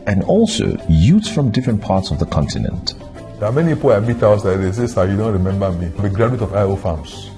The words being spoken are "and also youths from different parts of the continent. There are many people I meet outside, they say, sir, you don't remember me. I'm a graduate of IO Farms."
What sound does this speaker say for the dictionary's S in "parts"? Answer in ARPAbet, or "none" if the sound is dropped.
S